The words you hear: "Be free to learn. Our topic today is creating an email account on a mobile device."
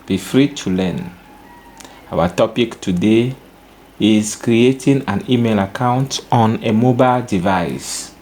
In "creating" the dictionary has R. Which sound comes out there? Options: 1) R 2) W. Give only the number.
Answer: 1